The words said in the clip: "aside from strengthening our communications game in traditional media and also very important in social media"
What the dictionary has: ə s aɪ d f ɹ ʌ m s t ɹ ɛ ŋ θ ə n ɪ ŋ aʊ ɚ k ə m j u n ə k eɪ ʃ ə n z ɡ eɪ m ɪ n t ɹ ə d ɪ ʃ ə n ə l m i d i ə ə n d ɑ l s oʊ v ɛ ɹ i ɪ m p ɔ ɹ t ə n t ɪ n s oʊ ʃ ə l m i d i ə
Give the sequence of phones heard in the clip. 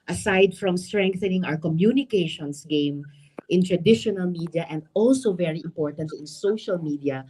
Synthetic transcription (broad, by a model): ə s aɪ d f ɹ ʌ m s t ɹ ɛ ŋ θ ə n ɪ ŋ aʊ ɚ k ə m j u n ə k eɪ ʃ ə n s ɡ eɪ m ɪ n t ɹ ə d ɪ ʃ ə n ə l m i d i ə ə n d ɑ l s oʊ v ɛ ɹ i ɪ m p ɔ ɹ t ə n t ɪ n s oʊ ʃ ə l m i d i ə